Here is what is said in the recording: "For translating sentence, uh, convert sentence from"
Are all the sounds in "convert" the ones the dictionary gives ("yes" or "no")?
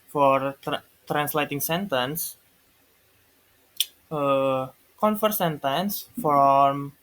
no